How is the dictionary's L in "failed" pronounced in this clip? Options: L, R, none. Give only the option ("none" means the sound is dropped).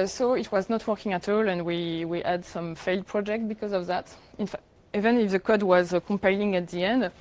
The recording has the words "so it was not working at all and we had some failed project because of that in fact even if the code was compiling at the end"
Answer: L